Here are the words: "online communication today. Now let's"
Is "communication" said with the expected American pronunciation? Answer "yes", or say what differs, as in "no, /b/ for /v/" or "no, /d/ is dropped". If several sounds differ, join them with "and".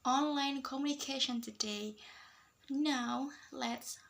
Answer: yes